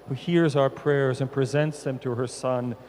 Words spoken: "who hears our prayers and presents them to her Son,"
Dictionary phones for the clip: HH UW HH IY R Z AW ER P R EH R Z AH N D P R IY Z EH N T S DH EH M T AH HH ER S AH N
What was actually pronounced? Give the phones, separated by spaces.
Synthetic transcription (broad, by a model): HH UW HH IY R Z AW ER P R EH R Z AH N P R IY Z EH N T S DH EH M T AH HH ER S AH N